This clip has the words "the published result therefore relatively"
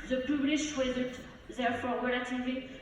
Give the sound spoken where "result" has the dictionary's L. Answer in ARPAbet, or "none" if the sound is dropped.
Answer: none